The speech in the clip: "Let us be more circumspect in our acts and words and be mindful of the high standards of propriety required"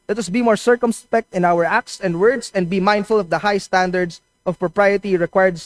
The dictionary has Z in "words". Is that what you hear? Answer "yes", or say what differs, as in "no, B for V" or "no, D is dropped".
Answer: no, S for Z